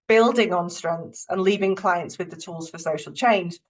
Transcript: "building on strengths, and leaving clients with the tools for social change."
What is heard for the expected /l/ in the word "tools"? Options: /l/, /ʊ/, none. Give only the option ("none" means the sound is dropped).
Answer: /l/